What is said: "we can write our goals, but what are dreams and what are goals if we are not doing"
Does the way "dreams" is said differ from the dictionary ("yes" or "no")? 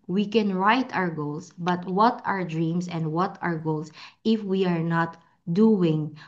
yes